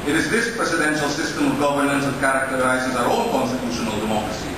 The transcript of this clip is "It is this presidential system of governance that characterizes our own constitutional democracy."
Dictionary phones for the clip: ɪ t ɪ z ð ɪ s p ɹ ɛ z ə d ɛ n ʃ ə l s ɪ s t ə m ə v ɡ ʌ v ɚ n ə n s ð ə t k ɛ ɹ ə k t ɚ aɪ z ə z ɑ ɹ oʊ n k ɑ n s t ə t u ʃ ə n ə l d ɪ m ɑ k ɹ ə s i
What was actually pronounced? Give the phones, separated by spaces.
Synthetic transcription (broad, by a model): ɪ t ɪ z ð ɪ s p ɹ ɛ s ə d ɛ n ʃ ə l s ɪ s t ə m ə v ɡ ʌ v ɚ n ə n s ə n k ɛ ɹ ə k t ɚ aɪ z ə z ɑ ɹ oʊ l k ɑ n s t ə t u ʃ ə n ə l d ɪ m ɑ k ɹ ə s i